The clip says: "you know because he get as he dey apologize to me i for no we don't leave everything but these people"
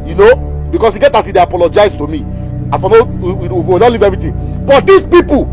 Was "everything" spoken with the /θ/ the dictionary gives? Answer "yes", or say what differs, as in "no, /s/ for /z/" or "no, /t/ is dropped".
no, /t/ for /θ/